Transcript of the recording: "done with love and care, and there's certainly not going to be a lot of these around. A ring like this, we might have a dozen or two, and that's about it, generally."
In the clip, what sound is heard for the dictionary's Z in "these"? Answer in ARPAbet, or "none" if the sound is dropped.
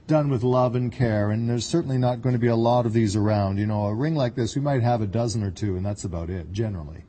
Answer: Z